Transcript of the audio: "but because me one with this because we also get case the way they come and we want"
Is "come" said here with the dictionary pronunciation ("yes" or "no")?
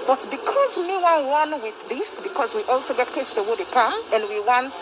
no